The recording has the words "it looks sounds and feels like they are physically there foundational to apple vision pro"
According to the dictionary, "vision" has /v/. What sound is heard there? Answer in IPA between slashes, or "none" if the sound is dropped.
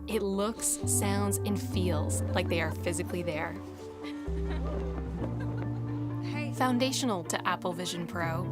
/v/